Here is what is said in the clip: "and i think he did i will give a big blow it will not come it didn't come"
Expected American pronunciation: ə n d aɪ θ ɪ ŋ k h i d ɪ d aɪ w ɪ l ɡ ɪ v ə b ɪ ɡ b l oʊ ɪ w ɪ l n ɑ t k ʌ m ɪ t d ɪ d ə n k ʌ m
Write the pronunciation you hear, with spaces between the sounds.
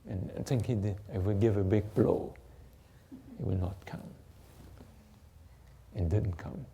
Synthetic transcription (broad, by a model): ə n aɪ t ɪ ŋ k h i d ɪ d aɪ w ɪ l ɡ ɪ v ə b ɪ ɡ b l oʊ ɪ w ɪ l n ɑ t k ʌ m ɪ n d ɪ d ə n k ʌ m